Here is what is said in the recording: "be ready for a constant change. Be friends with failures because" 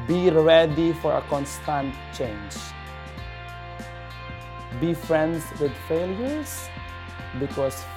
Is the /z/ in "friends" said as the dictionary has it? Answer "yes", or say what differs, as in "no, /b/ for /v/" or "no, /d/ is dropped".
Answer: no, /s/ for /z/